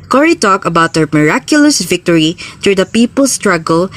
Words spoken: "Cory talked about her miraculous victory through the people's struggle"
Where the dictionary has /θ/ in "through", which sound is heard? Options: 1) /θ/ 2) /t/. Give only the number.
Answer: 2